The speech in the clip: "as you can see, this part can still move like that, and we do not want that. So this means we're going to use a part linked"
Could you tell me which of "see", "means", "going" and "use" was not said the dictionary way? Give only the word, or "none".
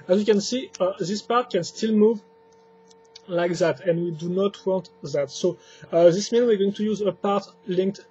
means